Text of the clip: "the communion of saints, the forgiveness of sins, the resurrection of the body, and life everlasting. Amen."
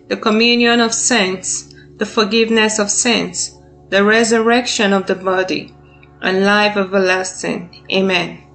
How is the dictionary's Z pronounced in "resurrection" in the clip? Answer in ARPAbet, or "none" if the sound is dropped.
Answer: Z